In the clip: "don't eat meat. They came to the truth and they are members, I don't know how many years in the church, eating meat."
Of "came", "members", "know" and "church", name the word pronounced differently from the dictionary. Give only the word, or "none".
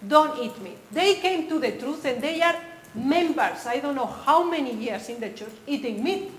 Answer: members